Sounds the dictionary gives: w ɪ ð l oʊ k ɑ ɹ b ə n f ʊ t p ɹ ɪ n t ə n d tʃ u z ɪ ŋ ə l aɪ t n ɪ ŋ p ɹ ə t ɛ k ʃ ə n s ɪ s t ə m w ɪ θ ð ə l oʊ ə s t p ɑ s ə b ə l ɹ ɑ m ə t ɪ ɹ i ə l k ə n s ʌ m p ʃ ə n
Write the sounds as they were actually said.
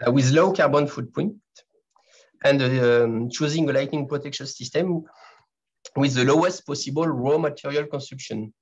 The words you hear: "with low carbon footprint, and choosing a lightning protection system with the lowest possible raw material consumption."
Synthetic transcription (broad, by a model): w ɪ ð l oʊ k ɑ ɹ b ə n f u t p ɔ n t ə n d tʃ u z ɪ ŋ ə l aɪ t n ɪ ŋ p ɹ ə t ɛ k ʃ ə n s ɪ s t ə m w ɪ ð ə l oʊ ə s t p ɑ s ə b ə l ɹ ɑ m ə t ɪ ɹ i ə l k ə n s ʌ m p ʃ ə n